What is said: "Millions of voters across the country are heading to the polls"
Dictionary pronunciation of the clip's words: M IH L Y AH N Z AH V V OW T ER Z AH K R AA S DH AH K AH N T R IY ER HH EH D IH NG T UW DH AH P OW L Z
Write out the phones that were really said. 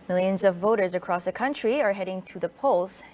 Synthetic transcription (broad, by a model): M IH L Y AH N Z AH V V OW T ER Z AH K R AA S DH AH K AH N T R IY ER HH EH D IH NG T UW DH AH P OW L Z